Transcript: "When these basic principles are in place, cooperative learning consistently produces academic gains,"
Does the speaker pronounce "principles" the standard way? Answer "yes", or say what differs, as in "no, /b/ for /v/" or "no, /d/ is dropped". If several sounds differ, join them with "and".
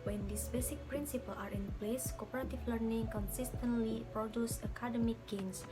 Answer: no, /z/ is dropped